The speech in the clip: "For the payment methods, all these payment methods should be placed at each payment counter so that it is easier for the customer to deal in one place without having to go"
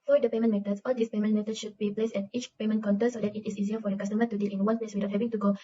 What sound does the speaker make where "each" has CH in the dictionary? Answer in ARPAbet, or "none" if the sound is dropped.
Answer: CH